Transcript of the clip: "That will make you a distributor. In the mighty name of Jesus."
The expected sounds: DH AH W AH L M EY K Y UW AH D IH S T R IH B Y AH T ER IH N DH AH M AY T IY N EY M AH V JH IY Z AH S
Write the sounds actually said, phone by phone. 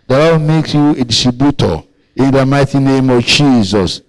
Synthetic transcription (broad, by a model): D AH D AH W M EY K Y UW AH D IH S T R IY B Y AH T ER IH N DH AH M AY T IY N EY M AH V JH IY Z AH S